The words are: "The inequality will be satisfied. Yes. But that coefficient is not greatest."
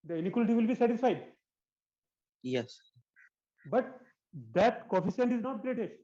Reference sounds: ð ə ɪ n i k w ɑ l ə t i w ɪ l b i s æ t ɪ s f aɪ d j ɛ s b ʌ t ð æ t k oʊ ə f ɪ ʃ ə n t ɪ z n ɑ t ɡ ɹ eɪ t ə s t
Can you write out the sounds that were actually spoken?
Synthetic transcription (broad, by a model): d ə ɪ n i k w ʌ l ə t i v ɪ l b i s æ t ɪ s f aɪ d j ɛ s b ʌ t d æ t k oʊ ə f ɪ s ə n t ɪ z n ɑ t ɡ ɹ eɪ t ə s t